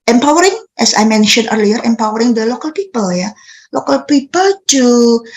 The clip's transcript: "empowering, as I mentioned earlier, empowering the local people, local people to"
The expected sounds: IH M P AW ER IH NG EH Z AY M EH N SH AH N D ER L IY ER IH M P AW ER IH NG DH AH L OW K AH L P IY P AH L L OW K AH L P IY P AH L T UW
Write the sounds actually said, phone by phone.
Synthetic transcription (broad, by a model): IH M P AW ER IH NG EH S AY M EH N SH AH N ER L IY ER IH M P AW ER IH NG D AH L OW K AH L P IY P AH L L OW K AH L P IY P AH L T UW